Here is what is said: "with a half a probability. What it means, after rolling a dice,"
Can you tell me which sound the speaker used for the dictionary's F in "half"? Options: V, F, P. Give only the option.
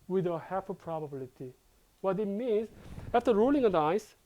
P